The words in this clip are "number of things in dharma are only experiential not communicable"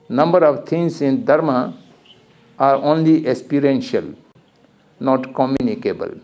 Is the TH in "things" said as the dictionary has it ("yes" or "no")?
no